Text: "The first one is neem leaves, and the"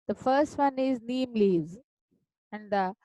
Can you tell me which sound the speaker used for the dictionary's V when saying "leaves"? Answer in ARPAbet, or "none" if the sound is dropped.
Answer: none